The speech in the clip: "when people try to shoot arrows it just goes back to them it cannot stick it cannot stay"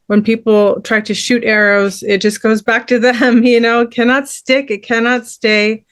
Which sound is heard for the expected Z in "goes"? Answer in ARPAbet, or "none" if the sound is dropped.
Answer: Z